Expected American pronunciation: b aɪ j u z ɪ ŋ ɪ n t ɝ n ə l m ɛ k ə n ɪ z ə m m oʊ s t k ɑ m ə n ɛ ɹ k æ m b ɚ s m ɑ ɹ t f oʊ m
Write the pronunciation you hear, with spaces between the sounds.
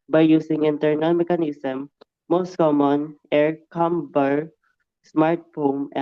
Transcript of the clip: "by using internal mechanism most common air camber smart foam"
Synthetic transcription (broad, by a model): b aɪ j u s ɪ ŋ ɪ n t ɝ n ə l m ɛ k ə n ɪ s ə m m oʊ s t k ɑ m ə n ɛ ɹ k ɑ m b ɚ s m ɑ ɹ t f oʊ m